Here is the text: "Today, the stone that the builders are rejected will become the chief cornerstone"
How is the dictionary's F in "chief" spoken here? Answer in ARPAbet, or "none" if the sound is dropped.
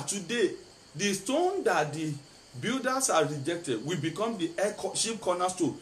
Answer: P